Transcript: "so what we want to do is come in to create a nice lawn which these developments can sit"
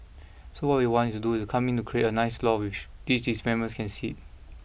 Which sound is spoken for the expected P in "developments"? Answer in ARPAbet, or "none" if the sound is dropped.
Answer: none